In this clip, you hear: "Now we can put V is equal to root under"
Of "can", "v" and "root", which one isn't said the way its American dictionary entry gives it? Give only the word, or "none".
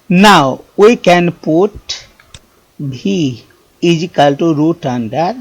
v